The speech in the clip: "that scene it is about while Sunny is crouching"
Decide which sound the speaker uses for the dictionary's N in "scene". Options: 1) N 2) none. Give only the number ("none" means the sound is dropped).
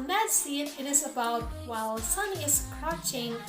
2